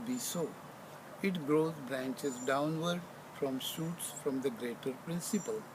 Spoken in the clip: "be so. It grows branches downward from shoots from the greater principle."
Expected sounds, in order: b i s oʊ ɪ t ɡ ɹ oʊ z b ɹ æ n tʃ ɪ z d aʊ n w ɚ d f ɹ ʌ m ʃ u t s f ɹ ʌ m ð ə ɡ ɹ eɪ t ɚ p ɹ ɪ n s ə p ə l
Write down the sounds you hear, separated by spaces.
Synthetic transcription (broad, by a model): b i s oʊ ɪ t ɡ ɹ oʊ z b ɹ æ n tʃ ɪ z d aʊ n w ɚ d f ɹ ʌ m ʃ u t s f ɹ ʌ m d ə ɡ ɹ eɪ t ɚ p ɹ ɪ n s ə p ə l